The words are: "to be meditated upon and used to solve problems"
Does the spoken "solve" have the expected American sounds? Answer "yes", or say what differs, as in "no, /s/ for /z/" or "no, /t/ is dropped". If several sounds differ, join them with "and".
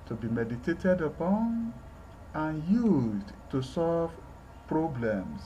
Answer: yes